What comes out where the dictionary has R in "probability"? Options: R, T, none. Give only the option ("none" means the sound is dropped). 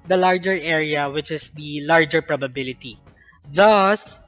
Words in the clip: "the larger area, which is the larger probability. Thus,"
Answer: R